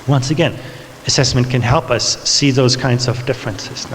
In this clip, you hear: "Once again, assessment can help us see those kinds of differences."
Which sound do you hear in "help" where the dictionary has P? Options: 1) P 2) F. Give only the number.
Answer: 1